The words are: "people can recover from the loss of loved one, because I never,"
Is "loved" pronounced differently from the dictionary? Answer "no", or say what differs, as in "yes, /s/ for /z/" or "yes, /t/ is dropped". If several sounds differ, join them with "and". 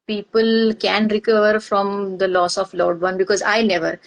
yes, /v/ is dropped